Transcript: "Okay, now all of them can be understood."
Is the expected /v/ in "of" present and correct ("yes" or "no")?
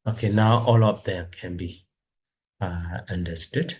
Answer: no